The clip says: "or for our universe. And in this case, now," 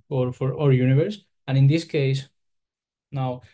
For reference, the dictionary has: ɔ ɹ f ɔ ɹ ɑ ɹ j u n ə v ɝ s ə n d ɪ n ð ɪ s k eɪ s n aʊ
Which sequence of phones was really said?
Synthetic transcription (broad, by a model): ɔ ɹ f ɔ ɹ ɑ ɹ j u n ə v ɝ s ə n ɪ n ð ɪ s k eɪ s n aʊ